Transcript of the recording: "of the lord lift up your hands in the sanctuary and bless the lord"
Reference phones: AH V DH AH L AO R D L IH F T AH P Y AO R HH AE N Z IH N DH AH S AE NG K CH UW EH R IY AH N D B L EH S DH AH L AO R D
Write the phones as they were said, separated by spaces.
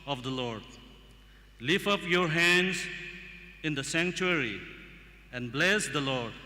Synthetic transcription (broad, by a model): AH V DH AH L AO R D L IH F AH P Y AO R HH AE N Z IH N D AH S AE NG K CH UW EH R IY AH N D B L EH S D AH L AO R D